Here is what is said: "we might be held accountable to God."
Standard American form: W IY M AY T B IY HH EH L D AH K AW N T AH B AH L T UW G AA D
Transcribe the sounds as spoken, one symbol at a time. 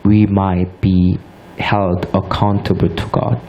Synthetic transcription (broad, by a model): W IY M AY T B IY HH EH L D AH K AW N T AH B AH T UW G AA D